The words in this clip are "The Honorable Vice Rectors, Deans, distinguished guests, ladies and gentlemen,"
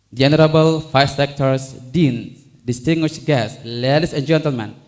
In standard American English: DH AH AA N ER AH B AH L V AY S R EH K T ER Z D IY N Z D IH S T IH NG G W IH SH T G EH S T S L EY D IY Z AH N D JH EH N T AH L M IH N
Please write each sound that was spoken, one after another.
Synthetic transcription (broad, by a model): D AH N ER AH B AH L F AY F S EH K T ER S D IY N D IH S T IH NG G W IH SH G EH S S L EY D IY S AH N JH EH N T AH L M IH N